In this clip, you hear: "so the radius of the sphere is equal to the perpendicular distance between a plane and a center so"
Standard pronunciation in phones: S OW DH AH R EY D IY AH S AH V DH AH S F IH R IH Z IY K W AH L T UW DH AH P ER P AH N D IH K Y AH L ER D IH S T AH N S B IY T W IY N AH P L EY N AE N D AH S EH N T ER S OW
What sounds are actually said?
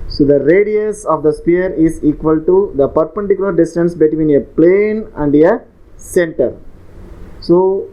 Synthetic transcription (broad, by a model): S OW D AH R EY D IY AH S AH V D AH S P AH R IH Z IY K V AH L T UW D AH P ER P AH N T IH K Y L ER D IH S T AH N S B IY T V IY N AH P L EY N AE N D AH S EH N T ER S OW